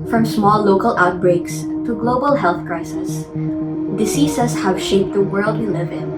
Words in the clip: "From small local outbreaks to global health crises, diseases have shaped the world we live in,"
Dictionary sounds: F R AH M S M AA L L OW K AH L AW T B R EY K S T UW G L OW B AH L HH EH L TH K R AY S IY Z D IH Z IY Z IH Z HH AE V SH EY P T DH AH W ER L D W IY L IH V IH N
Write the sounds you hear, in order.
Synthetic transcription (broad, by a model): F R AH M S M AA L L OW K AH L AW T B R EY K S T UW G L OW B AH L HH EH L TH K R AY S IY S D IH S IY S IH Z HH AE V SH EY P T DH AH W ER L D W IY L IH V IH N